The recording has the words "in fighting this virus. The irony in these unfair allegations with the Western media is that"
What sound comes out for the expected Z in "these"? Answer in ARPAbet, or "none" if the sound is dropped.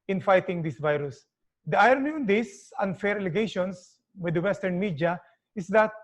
S